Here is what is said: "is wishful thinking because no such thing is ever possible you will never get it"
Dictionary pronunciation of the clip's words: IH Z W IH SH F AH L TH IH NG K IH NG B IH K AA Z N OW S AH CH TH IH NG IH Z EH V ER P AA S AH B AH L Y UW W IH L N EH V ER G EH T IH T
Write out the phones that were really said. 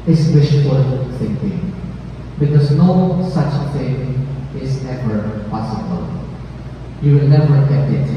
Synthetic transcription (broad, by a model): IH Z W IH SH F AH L TH IH NG K IH NG B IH K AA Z N OW S AH CH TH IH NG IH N EH V ER P AA S AH B AH L Y UW W IH L N EH V ER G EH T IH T